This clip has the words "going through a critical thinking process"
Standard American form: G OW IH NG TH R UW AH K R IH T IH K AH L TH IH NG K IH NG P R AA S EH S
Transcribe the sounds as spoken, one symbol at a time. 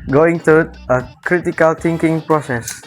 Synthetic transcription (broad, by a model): G OW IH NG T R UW AH K R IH T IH K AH L T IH NG K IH NG P R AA S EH S